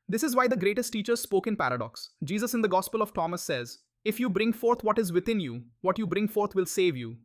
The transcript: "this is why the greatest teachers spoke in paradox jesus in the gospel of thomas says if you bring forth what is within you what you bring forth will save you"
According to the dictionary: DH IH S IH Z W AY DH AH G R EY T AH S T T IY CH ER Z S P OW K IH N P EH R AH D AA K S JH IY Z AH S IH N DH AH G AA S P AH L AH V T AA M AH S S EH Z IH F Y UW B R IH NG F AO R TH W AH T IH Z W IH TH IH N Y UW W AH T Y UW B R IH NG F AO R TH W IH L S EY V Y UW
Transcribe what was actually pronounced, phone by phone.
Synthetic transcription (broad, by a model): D IH S IH Z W AY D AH G R EY T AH S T T IY CH ER Z S P OW K IH N P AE R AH D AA K S JH IY Z AH S IH N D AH G AA S P AH L AH V T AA M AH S S EH Z IH F Y UW B R IH NG F AO R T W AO T IH Z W IH T IH N Y UW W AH T Y UW B R IH NG F AO R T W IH L S EY V Y UW